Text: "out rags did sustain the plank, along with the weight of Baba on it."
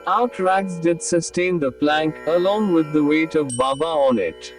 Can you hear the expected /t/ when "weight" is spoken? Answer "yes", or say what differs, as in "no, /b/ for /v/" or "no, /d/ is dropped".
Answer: yes